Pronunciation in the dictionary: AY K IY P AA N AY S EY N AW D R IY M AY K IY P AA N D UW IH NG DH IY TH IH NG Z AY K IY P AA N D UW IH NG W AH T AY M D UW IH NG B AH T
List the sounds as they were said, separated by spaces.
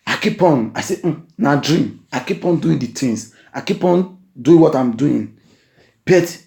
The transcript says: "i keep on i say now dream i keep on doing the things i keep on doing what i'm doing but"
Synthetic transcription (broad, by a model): AY K IY P AA N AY S EY N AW D R IY M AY K IY P AA N D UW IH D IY T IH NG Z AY K IY P AA N D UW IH W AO T AY M D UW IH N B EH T